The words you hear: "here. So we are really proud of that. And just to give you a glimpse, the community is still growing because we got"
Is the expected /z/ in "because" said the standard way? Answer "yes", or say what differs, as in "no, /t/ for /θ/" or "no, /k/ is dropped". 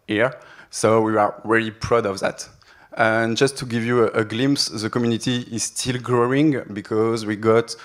yes